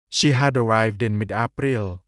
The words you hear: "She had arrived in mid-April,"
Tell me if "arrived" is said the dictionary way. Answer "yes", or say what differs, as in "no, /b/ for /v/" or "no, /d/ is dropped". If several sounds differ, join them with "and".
yes